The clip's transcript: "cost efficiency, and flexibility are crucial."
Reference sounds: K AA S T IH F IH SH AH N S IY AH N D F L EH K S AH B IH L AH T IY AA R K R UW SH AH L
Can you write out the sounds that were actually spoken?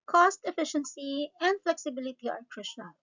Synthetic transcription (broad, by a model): K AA S T IH F IH SH AH N S IY AH N D F L EH K S AH B IH L AH T IY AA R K R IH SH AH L